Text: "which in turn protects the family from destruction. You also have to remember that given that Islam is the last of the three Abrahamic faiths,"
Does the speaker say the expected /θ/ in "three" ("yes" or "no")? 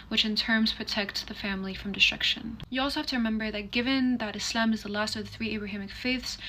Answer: yes